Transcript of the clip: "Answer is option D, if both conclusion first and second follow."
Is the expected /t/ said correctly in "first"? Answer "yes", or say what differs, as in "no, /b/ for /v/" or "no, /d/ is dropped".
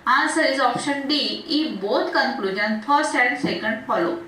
no, /t/ is dropped